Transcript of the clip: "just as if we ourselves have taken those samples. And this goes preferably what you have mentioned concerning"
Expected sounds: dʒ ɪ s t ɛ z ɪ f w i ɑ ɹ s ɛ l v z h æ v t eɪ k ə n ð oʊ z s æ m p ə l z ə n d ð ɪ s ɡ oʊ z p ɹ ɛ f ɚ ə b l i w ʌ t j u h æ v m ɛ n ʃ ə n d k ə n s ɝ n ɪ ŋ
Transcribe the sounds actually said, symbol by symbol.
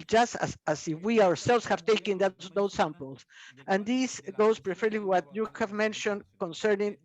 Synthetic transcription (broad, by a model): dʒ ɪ s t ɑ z ɪ f w i ɑ ɹ s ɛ l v s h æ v t eɪ k ə n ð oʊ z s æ m p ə l s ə n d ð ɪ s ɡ oʊ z p ɹ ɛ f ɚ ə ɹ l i w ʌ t j u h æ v m ɛ n ʃ ə n d k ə n s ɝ n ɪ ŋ